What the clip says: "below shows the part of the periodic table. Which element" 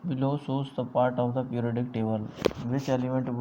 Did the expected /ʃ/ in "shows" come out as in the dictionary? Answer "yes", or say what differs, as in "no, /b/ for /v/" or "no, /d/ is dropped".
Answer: no, /s/ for /ʃ/